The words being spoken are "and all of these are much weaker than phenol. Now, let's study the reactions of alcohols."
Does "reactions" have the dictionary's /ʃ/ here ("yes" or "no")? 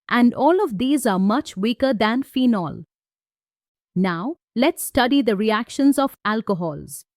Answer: yes